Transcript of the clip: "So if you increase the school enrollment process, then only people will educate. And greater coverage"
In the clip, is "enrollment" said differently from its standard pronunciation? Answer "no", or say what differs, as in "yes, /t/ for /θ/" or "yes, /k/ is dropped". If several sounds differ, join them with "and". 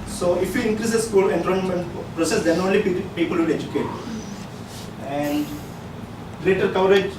yes, /n/ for /l/